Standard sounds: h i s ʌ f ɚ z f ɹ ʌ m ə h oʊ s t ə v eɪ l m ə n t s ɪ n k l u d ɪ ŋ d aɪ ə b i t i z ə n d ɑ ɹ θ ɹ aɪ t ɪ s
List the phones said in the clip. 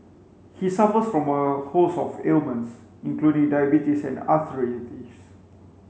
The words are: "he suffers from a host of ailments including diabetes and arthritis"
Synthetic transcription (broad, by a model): h i s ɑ f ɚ s f ɹ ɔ m ə h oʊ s ə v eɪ l m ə n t s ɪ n k l u d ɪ ŋ d aɪ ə b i t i s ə n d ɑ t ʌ ɹ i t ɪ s